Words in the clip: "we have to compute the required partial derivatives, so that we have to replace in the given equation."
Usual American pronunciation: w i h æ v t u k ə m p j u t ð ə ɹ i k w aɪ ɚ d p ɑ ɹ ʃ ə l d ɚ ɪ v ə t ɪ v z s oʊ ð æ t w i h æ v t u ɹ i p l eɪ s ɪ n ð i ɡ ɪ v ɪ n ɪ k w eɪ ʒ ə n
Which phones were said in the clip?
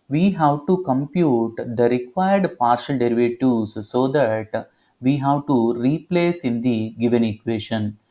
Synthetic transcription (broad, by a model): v i h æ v t u k ə m p j u t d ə ɹ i k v aɪ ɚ d p ɑ ɹ ʃ ə l d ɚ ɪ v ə t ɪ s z s oʊ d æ t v i h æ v t u ɹ i p l eɪ s ɪ n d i ɡ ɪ v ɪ n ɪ k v eɪ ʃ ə n